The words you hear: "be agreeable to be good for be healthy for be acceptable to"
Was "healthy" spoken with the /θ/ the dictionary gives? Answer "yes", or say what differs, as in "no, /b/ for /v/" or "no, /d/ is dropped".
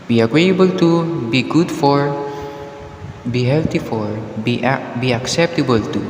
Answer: no, /t/ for /θ/